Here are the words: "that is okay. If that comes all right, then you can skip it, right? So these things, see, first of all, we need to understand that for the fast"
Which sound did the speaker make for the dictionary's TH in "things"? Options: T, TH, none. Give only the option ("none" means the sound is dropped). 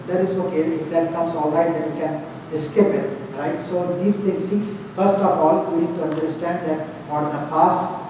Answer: T